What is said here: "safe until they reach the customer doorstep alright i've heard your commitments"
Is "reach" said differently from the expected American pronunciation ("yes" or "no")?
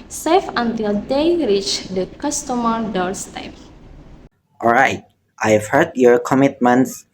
no